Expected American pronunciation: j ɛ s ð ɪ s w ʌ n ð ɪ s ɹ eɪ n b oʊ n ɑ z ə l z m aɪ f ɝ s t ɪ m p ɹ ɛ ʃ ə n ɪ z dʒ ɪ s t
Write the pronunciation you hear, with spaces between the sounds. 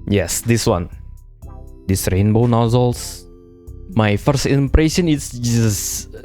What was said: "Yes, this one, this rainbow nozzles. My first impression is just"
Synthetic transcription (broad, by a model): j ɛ s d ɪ s w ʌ n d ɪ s ɹ eɪ n b oʊ n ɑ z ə l s m aɪ f ɝ s t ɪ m p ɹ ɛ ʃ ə n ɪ s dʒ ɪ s